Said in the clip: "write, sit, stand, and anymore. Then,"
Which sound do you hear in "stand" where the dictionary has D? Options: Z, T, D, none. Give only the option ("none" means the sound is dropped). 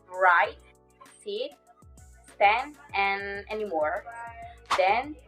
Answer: none